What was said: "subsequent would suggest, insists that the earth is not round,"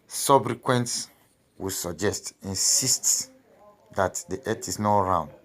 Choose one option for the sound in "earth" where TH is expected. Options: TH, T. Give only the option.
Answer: T